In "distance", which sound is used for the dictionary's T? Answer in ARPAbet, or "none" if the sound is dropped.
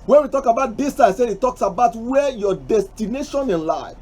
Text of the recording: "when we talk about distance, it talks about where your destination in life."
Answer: S